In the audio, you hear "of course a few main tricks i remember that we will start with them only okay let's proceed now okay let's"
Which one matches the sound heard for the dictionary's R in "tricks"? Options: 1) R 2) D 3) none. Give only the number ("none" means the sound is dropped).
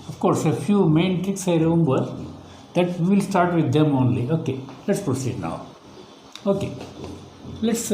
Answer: 3